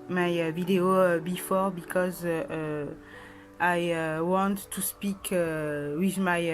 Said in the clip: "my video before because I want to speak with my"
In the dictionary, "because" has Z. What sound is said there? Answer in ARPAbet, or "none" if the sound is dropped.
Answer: Z